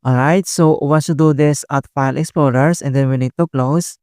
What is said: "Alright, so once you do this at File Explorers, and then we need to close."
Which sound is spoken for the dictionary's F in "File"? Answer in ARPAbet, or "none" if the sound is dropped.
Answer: F